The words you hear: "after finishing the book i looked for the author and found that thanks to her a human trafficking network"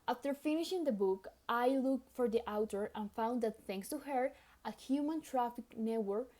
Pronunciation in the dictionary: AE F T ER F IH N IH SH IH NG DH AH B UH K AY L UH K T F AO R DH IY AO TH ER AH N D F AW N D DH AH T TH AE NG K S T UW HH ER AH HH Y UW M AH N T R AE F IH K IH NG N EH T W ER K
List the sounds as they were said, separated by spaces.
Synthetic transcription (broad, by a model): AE F T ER F IH N IH SH IH NG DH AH B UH K AY L UH K T F AO R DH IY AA T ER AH N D F AW N D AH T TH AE NG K S T UW HH ER AH HH Y UW M AH N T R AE F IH K N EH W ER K